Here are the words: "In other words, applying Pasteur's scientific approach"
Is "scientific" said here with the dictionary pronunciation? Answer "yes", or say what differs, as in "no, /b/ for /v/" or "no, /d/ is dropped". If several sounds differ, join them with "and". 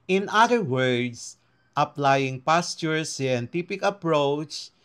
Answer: no, /p/ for /f/